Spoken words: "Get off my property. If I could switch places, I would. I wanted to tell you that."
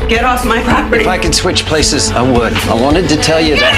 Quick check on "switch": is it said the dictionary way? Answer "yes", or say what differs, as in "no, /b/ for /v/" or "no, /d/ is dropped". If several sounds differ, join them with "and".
yes